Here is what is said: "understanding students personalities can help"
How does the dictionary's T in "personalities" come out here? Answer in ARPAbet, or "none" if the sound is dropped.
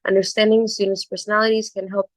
T